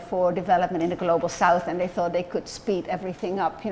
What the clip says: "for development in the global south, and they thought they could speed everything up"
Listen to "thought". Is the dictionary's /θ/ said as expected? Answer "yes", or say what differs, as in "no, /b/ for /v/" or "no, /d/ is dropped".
yes